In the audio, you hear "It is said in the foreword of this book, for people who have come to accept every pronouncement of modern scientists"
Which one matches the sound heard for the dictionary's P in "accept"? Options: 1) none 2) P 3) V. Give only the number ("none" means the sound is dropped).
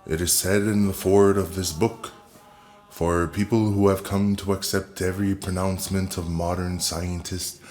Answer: 2